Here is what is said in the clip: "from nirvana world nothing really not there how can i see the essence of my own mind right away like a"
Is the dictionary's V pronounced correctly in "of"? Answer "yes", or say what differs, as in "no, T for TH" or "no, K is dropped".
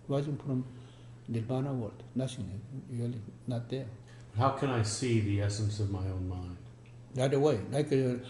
yes